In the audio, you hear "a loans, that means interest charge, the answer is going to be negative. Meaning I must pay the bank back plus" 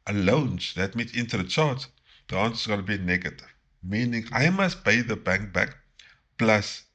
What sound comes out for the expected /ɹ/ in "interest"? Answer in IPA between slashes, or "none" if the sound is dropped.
none